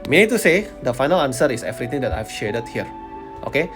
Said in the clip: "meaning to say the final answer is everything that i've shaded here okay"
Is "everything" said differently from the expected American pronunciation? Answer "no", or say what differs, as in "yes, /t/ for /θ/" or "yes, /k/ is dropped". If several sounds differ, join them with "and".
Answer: yes, /t/ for /θ/